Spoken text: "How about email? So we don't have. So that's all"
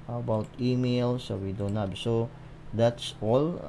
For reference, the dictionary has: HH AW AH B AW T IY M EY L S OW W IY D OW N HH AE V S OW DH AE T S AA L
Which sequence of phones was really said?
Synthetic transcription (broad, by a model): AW AH B AW T IY M EY L S OW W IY D OW N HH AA B S OW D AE T S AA L